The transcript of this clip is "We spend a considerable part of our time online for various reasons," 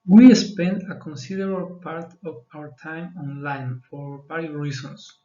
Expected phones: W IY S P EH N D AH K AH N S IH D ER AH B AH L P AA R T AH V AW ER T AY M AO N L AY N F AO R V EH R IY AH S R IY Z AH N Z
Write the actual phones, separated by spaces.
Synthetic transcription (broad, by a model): W IY S P EH N D AH K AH N S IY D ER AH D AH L P AA R T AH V AW ER T AY M AO N L AY N F AO R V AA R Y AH R IY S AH N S